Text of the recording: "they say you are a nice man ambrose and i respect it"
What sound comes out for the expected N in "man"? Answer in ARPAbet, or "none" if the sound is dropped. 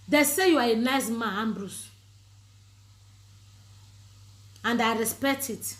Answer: none